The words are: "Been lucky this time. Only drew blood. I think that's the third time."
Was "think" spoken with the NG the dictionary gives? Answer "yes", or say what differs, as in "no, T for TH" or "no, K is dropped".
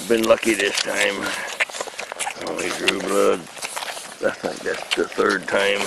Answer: no, NG is dropped